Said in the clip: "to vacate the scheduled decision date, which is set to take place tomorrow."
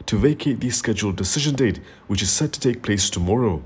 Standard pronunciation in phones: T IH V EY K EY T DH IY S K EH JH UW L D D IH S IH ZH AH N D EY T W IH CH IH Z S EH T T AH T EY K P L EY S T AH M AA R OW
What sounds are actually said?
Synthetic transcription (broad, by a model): T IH V EY K EY T DH IY S K EH JH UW L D D IH S IH ZH AH N D EY T W IH CH IH Z S EH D T AH T EY K P L EY S T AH M AA R OW